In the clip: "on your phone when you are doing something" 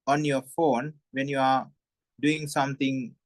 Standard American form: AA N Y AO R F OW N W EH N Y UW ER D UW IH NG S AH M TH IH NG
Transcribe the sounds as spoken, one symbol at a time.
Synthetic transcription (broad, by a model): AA N Y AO F OW N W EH N Y UW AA D UW IH NG S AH M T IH NG